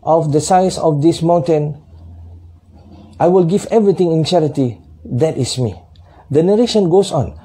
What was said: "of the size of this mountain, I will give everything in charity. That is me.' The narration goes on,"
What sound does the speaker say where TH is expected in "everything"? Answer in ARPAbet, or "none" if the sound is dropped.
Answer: T